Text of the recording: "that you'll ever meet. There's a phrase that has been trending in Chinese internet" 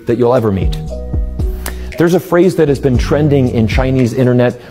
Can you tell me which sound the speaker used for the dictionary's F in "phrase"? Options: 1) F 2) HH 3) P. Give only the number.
1